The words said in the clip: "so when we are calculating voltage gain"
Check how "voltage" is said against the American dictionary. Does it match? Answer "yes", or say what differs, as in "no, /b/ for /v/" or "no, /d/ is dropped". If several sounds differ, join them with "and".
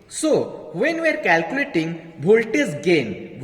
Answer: no, /b/ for /v/